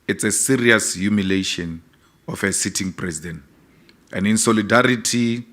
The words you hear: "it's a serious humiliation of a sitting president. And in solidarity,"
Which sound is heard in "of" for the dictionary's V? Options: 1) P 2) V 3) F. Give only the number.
3